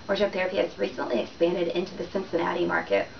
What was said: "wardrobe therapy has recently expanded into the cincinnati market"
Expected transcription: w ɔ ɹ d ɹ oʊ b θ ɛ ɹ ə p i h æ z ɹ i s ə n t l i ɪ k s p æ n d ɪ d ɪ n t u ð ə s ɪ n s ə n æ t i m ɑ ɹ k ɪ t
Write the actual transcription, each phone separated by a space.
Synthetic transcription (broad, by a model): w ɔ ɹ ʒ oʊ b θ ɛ ɹ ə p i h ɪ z ɹ i s ə n t l i ɪ k s p æ n d ɪ d ɪ n t u ð ə s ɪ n s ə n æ t i m ɑ ɹ k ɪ t